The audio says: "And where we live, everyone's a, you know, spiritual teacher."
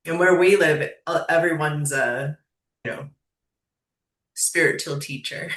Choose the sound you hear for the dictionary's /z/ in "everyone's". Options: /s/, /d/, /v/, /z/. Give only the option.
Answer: /z/